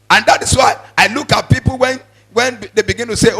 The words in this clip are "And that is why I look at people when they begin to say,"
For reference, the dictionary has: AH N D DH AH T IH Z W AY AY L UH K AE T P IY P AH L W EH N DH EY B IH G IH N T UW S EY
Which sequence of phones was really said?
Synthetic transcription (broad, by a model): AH N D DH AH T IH S W AY AY L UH K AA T P IY P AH N W EH N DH EY B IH G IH N T UW S EY